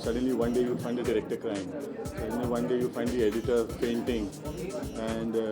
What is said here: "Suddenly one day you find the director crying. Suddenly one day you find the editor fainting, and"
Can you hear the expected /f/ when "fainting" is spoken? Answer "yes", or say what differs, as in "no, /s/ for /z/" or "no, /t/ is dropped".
no, /p/ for /f/